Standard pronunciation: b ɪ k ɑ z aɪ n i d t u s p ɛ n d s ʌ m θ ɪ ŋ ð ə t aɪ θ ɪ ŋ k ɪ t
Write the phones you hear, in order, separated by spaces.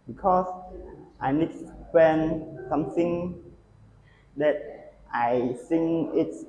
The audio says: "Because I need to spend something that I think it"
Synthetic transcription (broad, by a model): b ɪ k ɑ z aɪ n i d t u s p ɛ n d s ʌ m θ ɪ ŋ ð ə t aɪ s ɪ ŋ ɪ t